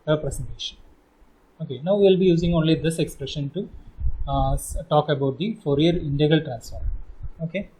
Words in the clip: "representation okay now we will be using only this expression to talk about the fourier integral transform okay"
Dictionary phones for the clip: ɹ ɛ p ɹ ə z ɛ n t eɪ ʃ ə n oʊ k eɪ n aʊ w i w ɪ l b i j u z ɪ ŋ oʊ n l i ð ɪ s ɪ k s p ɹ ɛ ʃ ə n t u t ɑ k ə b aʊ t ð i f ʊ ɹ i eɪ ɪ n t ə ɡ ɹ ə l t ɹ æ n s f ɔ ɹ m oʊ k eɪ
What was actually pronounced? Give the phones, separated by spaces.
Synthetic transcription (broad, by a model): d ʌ p ɹ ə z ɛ n t eɪ ʃ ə n oʊ k eɪ n aʊ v i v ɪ l b i j u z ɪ ŋ oʊ n l i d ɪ s ɪ k s p ɹ ɛ ʃ ə n t u t ɑ k ə b aʊ t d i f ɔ ɹ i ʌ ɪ n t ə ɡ ə l t ɹ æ n s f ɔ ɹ oʊ k eɪ